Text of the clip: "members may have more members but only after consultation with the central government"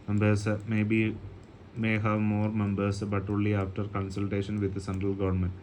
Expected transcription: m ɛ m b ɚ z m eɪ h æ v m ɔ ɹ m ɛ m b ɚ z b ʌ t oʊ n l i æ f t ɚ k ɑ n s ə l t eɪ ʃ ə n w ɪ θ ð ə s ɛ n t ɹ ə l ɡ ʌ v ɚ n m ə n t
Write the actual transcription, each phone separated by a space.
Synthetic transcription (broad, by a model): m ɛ m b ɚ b m eɪ h æ v m ɔ ɹ m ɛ m b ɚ s b ʌ t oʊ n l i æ f t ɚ k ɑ n s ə l t eɪ ʃ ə n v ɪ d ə s ɛ n t ɹ ə l ɡ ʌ v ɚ n m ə n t